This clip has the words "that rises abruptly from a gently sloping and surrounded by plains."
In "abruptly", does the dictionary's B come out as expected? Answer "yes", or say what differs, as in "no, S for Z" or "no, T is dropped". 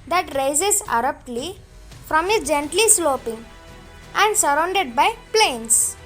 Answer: no, B is dropped